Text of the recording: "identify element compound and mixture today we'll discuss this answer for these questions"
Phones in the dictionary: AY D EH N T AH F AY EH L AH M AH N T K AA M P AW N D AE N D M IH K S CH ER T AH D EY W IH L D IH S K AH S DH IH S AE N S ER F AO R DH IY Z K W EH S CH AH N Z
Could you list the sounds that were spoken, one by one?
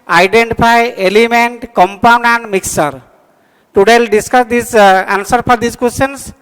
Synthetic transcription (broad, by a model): AY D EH N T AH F AY EH L AH M AH N T K AA M P AW N D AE N D M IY K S ER T AH D EY L D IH S K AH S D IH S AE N S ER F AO R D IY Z K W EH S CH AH N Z